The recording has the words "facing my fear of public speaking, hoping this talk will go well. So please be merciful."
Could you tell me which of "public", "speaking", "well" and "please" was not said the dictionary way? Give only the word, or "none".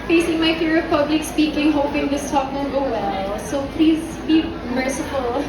none